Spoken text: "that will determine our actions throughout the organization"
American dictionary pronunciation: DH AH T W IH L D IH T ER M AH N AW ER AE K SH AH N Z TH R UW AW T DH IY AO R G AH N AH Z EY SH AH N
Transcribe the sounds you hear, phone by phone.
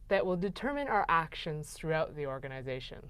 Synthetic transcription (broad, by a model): DH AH T W IH L D IH T ER M AH N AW ER AE K SH AH N Z TH R UW AW T DH IY AO R G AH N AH Z EY SH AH N